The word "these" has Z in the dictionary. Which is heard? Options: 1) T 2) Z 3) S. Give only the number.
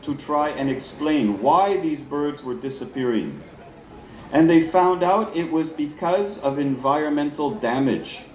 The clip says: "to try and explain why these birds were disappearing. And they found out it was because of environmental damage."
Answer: 2